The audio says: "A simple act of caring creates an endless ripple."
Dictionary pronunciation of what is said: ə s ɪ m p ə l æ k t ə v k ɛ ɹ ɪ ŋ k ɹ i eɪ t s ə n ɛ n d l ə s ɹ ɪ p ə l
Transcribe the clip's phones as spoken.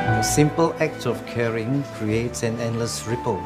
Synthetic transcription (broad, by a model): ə s ɪ m p ə l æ k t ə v k ɛ ɹ ɪ ŋ k ɹ i eɪ t s ə n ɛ n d l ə s ɹ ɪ p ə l